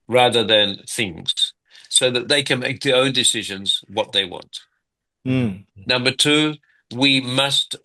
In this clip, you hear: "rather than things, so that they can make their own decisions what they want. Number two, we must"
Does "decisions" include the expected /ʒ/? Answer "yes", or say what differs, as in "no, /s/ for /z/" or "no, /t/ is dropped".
yes